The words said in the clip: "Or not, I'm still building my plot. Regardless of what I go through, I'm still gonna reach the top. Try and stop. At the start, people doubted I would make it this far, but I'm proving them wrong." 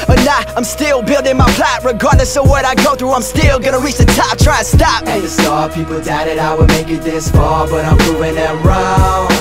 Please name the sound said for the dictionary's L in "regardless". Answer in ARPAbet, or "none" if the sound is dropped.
N